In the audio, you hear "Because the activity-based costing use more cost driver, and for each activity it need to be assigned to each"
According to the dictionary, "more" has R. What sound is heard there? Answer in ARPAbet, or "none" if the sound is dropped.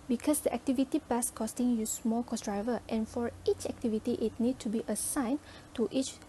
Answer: L